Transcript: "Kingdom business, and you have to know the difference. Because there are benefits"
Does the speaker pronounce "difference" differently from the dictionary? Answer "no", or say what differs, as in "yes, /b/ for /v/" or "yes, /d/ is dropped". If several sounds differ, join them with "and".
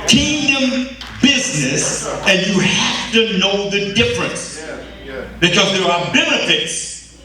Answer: no